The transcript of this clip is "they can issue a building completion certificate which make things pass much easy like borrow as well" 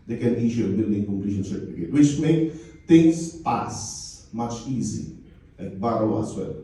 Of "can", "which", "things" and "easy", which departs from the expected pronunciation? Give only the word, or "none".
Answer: things